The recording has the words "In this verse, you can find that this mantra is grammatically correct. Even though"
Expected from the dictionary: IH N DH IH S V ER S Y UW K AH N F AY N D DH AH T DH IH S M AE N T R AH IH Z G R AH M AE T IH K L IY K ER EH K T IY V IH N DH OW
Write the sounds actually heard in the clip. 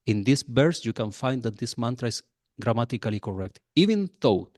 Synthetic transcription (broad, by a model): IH N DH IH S B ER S Y UW K AH N F AY N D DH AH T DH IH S M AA N T R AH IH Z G R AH M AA T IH K L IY K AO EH K T IY V IH N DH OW